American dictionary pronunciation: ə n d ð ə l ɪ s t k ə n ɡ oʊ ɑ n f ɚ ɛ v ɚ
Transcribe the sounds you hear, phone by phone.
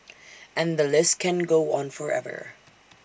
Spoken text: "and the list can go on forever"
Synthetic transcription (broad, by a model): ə n ð ə l ɪ s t k ə n ɡ oʊ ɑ n f ɚ ɛ v ɚ